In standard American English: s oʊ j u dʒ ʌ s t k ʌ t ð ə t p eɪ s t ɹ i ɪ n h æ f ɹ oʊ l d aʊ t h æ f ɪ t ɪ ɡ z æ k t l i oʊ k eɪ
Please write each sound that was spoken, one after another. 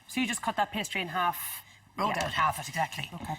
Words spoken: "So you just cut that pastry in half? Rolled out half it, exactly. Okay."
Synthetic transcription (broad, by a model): s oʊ j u dʒ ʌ s k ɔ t ð ə t p eɪ s t ɹ i ɪ n h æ f w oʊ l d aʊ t h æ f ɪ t ɪ ɡ z æ k t l i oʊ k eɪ